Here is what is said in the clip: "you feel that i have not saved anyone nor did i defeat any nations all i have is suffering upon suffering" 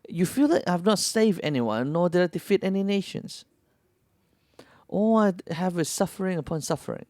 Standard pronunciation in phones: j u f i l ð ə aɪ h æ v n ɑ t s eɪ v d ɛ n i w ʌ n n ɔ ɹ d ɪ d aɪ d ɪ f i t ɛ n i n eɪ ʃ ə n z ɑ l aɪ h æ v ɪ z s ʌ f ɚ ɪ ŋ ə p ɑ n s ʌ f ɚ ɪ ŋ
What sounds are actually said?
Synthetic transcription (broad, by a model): j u f i l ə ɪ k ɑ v n ɑ t s eɪ v d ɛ n i w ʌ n n ɔ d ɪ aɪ d ɪ f i t ɛ n i n eɪ ʃ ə n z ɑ aɪ h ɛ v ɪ s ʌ f ɚ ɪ ŋ ə p ɑ n s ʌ f ɚ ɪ ŋ